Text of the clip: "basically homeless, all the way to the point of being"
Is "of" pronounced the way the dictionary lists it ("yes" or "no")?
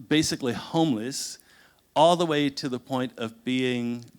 yes